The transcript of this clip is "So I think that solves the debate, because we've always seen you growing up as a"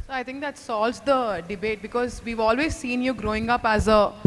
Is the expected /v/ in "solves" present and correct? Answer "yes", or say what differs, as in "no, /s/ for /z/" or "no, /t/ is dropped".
no, /v/ is dropped